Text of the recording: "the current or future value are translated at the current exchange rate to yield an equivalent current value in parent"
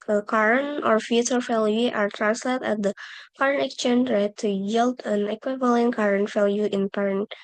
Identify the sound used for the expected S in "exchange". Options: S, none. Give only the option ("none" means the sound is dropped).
none